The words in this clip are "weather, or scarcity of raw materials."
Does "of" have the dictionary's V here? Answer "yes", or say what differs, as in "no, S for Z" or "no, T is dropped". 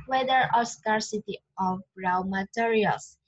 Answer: no, B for V